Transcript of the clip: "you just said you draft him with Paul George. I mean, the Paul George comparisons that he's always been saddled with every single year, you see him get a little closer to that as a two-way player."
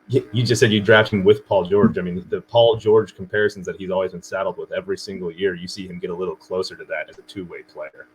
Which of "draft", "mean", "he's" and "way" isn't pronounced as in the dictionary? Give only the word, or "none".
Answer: none